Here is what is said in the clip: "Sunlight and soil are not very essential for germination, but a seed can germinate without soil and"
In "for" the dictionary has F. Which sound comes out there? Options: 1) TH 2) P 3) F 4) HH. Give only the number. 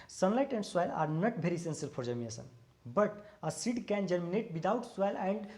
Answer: 2